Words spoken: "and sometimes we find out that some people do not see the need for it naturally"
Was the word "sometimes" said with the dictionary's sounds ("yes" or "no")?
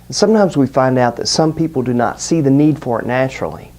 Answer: yes